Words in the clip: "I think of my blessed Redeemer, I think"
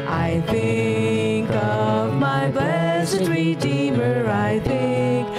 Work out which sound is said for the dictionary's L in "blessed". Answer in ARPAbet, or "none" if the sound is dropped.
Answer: none